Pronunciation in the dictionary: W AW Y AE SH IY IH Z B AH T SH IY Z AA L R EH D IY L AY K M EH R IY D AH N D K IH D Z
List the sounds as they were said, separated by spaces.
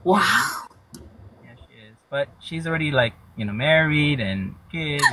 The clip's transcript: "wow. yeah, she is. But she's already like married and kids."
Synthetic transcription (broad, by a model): W AW Y AE SH IY IH Z B AH T SH IY Z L R EH D IY L AY K M EH R IY D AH N K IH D